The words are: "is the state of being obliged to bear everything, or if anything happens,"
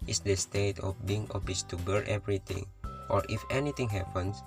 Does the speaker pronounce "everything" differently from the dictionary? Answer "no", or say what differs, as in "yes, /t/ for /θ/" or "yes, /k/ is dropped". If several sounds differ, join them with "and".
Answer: yes, /t/ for /θ/